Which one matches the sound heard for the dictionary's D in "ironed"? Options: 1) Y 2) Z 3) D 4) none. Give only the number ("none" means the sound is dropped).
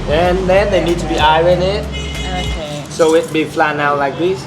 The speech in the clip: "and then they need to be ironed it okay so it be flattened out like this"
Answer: 4